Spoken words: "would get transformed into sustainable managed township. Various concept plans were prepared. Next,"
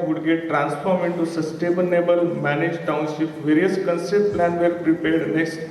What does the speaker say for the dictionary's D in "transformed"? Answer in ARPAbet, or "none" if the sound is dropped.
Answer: none